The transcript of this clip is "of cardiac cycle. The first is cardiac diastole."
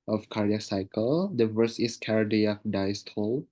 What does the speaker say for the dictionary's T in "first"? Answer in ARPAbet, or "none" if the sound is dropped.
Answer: none